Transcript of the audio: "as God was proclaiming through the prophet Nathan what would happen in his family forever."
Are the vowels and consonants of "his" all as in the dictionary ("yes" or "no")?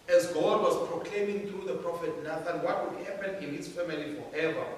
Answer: no